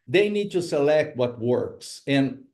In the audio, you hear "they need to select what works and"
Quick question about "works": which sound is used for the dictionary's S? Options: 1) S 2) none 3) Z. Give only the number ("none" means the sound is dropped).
1